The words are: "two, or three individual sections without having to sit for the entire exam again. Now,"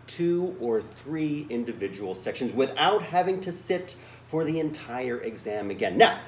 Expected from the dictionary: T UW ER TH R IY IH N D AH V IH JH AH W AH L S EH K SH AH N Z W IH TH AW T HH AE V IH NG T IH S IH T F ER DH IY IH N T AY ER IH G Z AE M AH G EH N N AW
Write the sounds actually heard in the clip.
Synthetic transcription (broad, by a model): T UW ER TH R IY IH N D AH V IH JH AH W L S EH K SH AH N Z W IH TH AW T HH AE V IH NG T IH S IH T F ER DH IY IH N T AY ER IH G Z AE M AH G EH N N AW